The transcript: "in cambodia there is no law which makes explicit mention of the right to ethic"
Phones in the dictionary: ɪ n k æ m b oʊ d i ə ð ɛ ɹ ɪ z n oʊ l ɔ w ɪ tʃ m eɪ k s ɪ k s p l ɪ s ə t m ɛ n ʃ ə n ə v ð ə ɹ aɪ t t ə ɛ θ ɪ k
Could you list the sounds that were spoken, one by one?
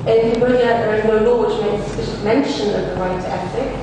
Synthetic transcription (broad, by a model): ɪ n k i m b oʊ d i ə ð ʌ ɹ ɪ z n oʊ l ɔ w ɪ tʃ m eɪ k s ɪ s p ɪ ʃ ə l m ɛ n ʃ ə n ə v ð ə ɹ aɪ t t ə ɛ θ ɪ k